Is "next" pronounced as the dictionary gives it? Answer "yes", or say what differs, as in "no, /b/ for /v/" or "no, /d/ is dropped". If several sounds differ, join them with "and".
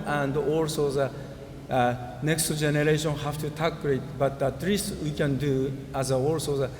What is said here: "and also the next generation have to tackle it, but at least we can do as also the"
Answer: yes